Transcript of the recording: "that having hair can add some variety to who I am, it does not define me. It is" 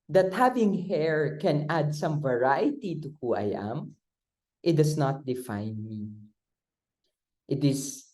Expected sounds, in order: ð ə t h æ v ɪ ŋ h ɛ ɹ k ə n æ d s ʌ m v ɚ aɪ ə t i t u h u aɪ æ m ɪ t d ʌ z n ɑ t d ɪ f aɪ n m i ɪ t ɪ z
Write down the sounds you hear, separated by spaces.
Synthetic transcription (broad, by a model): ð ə t h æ v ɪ ŋ h ɛ ɹ k ə n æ d s ʌ m v ɚ aɪ ə t i t u h u aɪ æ m ɪ t d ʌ s n ɑ t d ɪ f aɪ n m i ɪ t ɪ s